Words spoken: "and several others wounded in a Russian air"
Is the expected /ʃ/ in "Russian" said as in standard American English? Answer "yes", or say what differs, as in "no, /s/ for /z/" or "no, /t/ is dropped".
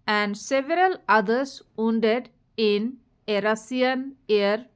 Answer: no, /s/ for /ʃ/